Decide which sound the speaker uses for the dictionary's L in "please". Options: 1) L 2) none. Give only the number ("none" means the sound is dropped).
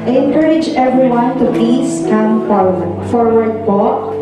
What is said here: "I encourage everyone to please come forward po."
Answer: 2